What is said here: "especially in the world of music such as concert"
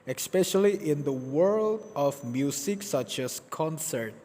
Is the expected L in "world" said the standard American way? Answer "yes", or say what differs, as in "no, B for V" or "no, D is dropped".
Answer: yes